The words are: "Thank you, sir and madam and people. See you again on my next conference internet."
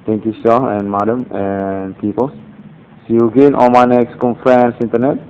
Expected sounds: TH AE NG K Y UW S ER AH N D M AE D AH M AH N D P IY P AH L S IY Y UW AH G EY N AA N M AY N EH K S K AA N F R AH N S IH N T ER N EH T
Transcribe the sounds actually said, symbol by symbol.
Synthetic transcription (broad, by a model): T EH NG K Y UW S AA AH N M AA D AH M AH N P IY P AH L S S Y UW G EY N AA L M AY N EH K S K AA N F R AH N S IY N T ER N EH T